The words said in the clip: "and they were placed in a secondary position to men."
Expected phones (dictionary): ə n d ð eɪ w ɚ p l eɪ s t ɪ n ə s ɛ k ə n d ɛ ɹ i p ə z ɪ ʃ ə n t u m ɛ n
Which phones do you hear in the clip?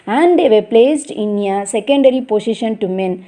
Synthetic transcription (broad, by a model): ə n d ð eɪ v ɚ p l eɪ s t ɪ n ə s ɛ k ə n d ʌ ɹ i p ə s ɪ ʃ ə n t u m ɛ n